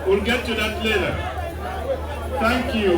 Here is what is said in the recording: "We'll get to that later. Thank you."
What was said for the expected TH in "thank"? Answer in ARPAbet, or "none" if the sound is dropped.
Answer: T